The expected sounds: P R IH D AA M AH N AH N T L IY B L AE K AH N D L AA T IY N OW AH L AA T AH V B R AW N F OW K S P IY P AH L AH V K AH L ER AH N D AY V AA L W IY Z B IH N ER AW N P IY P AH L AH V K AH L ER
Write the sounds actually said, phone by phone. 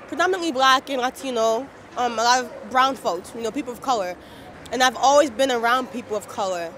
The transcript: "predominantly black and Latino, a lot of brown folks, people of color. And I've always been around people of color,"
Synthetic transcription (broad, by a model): P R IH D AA M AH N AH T L IY B L AE K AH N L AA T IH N OW AH L AA T AH V B R AW N F OW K S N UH P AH L AH V K AH L ER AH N AY V AA L W IY Z B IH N ER AW N P IY P L AH V K AH L ER